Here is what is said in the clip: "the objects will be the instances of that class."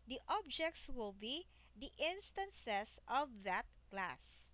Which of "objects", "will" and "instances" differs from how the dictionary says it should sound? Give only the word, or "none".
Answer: instances